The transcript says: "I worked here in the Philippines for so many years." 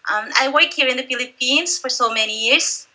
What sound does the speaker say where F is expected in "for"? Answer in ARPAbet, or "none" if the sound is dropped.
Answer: F